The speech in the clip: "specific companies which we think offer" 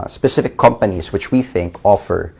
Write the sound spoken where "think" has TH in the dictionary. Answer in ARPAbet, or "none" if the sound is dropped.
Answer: TH